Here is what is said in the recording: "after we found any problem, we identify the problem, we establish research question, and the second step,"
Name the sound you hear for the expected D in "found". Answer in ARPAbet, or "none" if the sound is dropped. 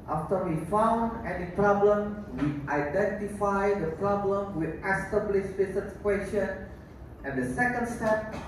D